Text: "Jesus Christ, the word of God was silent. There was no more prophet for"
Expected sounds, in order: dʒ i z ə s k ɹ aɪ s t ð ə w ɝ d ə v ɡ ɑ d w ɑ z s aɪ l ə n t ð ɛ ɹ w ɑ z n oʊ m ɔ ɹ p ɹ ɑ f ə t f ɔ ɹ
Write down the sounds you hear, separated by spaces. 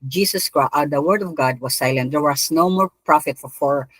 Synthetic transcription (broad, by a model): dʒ i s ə s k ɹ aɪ t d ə w ɝ d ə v ɡ ɑ d w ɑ s aɪ l ə n t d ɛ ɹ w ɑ s n oʊ m ɔ ɹ p ɹ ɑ f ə t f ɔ ɹ